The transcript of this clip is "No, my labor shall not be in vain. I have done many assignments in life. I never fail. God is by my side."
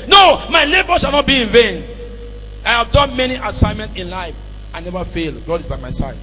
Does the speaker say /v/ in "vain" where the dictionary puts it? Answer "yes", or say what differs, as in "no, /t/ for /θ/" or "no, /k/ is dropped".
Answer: yes